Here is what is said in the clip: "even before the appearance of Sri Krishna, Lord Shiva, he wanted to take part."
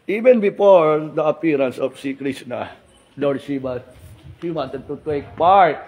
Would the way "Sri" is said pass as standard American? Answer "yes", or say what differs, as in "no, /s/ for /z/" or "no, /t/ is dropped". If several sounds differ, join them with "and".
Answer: no, /ɹ/ is dropped